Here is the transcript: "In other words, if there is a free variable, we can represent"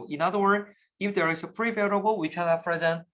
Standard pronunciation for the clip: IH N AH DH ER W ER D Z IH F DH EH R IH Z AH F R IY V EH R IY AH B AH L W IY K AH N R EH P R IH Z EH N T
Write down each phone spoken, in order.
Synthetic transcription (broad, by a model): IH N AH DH ER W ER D IH F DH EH R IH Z AH P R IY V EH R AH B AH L W IY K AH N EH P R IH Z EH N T